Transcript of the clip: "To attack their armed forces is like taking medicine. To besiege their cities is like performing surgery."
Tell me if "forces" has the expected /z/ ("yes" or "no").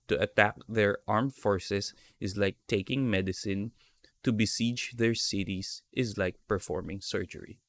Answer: no